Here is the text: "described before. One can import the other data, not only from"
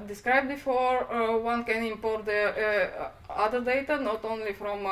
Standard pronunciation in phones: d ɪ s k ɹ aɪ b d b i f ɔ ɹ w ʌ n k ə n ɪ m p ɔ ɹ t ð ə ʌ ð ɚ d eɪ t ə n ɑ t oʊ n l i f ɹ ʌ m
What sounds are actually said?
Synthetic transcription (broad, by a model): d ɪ s k ɹ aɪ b b i f ɔ ɹ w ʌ n k ə n ɪ m p ɔ ɹ t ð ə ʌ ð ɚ d eɪ t ə n ɑ t oʊ n l i f ɹ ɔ m